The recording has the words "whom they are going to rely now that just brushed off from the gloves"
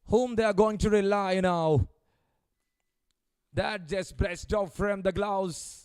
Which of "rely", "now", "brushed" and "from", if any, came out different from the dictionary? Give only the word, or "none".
brushed